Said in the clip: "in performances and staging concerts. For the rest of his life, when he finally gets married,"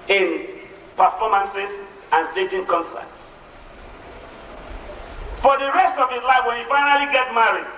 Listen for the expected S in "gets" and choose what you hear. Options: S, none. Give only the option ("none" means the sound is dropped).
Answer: none